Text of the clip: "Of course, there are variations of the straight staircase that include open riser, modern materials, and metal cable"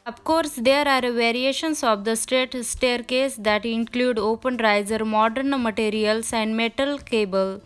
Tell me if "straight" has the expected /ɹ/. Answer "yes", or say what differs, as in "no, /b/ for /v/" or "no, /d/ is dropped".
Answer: no, /ɹ/ is dropped